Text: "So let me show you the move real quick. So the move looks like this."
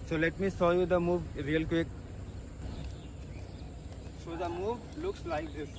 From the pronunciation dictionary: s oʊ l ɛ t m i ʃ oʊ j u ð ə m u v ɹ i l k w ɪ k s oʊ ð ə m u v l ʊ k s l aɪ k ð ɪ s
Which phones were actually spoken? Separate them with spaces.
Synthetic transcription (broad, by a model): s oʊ l ɛ t m i s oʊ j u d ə m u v ɹ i l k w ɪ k s oʊ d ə m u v l ʊ k s l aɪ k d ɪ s